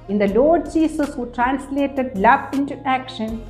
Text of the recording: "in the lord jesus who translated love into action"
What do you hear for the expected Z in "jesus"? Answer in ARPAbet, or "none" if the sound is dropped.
S